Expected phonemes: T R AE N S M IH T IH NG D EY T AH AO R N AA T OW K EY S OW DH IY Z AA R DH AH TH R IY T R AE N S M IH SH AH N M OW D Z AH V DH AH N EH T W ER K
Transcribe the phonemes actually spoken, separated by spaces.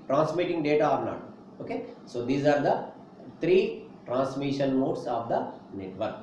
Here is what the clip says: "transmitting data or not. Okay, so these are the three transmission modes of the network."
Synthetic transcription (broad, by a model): T R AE N S M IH T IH NG D EY T AH AO R N AA T OW K EY S OW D IY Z AA R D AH T R IY T R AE N S M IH SH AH N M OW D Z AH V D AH N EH T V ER K